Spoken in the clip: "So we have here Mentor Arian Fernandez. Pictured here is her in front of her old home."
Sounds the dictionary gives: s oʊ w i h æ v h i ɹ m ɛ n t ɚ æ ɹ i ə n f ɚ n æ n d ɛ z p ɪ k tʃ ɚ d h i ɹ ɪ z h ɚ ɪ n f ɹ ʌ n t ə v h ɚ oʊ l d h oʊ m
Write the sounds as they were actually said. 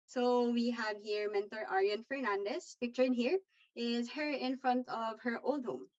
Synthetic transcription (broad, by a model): s oʊ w i h æ v h i ɹ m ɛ n t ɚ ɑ ɹ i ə n f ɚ n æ n d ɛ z p ɪ k tʃ ɚ d h i ɹ ɪ z h ɚ ɪ n f ɹ ʌ n t ə v h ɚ oʊ l d h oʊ m